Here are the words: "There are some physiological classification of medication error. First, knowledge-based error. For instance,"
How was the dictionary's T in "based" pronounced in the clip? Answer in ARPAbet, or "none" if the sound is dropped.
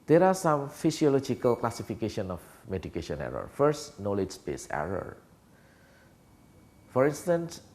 none